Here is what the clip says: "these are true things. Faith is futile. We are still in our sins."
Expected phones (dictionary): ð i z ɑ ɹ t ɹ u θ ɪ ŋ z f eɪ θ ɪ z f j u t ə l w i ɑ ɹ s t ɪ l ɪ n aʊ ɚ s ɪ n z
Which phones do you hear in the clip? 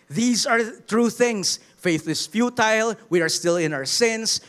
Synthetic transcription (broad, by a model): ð i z ɑ ɹ t ɹ u θ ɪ ŋ s f eɪ θ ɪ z f j u t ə l w i ɑ ɹ s t ɪ l ɪ n aʊ ɚ s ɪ n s